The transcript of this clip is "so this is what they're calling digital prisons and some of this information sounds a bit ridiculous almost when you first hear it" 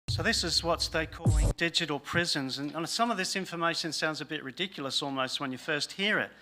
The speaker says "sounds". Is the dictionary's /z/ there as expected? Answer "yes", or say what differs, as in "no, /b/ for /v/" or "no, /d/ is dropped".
yes